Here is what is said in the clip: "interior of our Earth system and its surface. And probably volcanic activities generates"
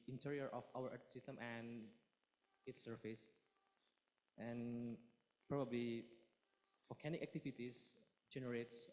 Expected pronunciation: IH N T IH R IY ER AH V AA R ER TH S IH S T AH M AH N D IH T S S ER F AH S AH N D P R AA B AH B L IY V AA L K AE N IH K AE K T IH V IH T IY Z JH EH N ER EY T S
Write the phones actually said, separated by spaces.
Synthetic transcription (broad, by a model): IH N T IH R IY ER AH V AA W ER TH S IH S T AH M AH N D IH T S S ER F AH S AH N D P R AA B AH B L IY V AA K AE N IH K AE K T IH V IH T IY S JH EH N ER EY T S